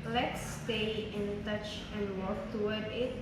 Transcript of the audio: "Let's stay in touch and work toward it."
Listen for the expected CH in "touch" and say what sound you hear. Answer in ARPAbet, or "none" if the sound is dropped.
CH